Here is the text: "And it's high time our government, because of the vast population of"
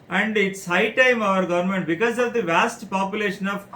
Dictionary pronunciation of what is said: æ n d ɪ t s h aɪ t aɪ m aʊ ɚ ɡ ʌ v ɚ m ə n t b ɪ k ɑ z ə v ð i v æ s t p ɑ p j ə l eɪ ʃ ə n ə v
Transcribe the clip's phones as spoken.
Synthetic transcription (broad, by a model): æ n d ɪ t s h aɪ t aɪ m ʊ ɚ ɡ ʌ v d m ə n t b ɪ k ɑ z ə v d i v æ s t p ɑ p j ə l eɪ ʃ ə n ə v